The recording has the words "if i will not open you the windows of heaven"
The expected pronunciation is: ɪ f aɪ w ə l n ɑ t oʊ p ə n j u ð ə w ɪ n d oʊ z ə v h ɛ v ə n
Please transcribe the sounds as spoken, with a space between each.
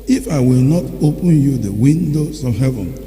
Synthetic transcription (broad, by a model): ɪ f aɪ w ə l n ɑ t oʊ p ə n j u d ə w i n d oʊ s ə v h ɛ v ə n